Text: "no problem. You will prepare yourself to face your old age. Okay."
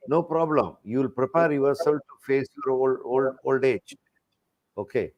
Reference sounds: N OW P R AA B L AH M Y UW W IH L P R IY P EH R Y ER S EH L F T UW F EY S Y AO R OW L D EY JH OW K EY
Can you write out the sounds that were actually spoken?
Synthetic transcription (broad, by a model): N OW P R AA B L AH M Y UW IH L P R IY P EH R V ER S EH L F T UW F EY S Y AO R OW L D EY JH OW K EY